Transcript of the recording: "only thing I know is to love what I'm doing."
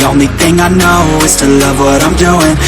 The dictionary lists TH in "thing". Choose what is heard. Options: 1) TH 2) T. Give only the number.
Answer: 1